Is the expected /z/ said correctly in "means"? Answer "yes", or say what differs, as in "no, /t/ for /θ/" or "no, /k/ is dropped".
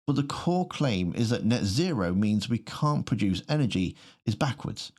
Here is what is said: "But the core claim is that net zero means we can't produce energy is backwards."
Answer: yes